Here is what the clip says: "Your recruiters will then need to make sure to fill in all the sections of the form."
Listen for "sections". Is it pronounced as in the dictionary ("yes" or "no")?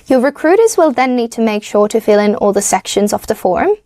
yes